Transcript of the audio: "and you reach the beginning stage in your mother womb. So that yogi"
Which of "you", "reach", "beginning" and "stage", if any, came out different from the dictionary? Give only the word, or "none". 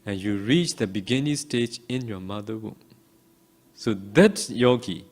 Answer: none